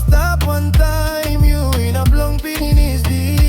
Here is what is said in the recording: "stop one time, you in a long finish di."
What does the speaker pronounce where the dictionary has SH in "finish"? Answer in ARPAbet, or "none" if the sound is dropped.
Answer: S